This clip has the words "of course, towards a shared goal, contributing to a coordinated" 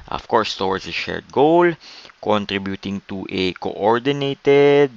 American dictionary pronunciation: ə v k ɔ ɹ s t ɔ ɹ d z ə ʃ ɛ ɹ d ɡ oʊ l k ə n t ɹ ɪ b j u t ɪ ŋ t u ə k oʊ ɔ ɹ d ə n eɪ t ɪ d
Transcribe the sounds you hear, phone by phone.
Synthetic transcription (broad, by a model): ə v k ɔ ɹ s t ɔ w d s ə ʃ ɛ ɹ d ɡ oʊ l k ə n t ɹ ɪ b j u t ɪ ŋ t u ə k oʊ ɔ ɹ d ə n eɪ t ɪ d